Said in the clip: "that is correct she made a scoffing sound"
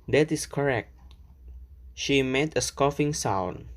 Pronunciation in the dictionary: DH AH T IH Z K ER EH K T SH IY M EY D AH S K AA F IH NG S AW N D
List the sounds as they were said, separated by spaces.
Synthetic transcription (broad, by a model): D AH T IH S K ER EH K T SH IY M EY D AH S K AA F IH NG S AW N